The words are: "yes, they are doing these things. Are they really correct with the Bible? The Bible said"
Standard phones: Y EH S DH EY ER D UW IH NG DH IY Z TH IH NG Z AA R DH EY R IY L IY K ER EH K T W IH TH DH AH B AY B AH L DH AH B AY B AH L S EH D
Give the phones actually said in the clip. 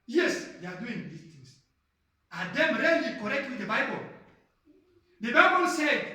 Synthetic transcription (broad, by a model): Y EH S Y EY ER D UW IH NG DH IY TH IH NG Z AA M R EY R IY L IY K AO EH K T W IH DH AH B AY B AH L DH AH B AY B AH L S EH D